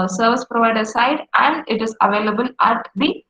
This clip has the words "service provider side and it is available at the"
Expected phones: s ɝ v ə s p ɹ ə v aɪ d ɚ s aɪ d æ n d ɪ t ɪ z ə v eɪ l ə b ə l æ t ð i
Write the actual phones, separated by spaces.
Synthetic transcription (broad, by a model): s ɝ v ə s p ɹ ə v aɪ d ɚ s aɪ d æ n d ɪ t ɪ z ə v eɪ l ə b ə l æ t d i